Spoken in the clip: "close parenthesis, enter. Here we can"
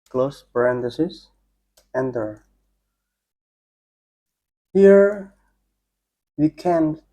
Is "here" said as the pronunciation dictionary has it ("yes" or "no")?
yes